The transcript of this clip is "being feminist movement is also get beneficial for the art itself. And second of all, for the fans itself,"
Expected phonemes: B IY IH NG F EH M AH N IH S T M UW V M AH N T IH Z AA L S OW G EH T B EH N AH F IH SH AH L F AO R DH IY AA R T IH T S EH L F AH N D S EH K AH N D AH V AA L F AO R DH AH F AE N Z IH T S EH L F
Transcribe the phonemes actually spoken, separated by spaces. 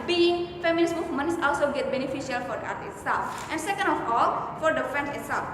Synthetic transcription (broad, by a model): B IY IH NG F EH M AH L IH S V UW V M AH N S AA L S OW G EH T B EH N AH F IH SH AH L F AO R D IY AA R T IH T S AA F AH N D S EH K AH N D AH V AA L F AO R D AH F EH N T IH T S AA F